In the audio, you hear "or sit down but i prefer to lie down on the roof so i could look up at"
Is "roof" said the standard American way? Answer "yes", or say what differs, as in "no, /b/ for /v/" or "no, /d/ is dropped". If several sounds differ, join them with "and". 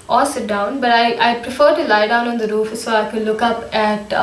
yes